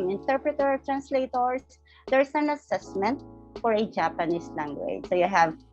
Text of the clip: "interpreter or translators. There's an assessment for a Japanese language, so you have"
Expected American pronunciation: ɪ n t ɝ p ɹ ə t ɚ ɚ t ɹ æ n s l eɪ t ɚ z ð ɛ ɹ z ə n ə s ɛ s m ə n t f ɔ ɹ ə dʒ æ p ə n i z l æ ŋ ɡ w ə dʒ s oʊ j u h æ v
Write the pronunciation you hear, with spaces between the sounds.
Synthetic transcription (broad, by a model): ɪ n t ɝ p ɹ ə t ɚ ɚ t ɹ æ n s l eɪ t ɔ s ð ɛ ɹ s ə n ə s ɛ s m ə n t f ɔ ɹ ə dʒ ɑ p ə n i s l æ ŋ ɡ w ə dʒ s oʊ j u h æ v